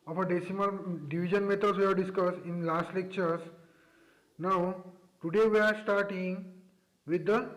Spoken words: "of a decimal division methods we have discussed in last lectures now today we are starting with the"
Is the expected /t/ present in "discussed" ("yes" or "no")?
no